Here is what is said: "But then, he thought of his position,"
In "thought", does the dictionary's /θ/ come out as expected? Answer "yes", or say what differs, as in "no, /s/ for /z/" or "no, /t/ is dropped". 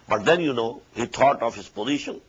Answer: no, /t/ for /θ/